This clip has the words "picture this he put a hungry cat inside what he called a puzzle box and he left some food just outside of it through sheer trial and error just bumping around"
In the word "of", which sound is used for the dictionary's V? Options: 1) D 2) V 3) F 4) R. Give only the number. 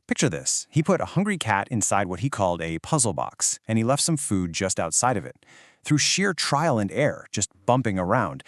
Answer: 2